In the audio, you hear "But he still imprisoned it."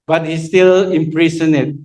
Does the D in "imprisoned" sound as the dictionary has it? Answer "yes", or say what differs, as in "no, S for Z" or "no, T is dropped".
no, D is dropped